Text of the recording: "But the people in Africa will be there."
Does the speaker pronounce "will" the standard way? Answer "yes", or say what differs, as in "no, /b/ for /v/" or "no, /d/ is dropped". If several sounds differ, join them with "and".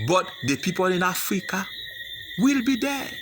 yes